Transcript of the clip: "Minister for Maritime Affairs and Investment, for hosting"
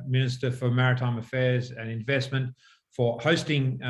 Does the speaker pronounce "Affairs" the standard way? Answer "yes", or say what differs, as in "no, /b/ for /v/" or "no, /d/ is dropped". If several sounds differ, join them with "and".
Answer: yes